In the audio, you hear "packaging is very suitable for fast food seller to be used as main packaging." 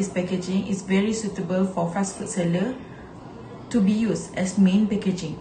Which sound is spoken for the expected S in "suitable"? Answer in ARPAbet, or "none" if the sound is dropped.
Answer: S